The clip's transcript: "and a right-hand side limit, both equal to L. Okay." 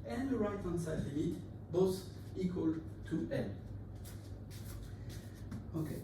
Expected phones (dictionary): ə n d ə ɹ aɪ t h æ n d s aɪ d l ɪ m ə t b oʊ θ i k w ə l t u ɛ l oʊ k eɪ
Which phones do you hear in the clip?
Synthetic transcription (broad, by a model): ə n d ə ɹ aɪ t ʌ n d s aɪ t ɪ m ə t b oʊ s i k w ə l t u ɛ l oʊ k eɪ